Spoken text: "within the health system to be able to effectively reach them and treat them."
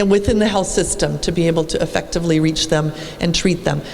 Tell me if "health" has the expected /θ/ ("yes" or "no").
yes